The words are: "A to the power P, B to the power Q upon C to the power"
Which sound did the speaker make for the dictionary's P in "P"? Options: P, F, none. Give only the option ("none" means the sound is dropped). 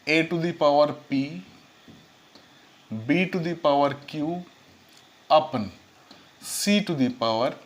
P